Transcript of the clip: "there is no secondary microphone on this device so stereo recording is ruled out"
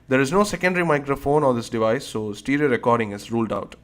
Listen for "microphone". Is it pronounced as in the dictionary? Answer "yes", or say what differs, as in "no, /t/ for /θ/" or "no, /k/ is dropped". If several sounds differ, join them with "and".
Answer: yes